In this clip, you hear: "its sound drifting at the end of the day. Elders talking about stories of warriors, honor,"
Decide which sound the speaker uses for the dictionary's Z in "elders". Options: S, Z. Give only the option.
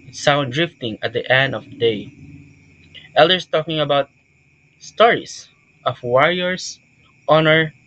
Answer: S